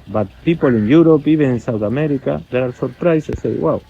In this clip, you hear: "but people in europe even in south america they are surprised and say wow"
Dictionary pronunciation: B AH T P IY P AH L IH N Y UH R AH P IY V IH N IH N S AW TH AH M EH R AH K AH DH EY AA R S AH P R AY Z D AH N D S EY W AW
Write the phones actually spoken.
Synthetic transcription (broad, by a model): B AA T P IY P AH L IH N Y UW R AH P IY B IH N IH N S AW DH AH M EH R AH K AH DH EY AA R S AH P R AY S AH S EY W AW